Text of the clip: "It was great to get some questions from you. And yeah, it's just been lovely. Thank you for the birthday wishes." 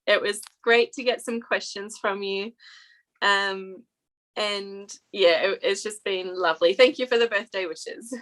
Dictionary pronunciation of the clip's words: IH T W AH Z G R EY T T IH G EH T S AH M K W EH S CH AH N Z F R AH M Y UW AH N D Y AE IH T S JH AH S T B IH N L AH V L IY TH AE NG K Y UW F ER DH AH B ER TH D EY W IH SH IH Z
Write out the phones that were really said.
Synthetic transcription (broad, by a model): IH T W AH Z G R EY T T IH G EH T S AH M K W EH S CH AH N Z F R AH M Y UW AH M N Y AE IH T S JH AH S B IH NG L AH V L IY TH AE NG K Y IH F ER DH AH B ER TH D EY W IH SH IH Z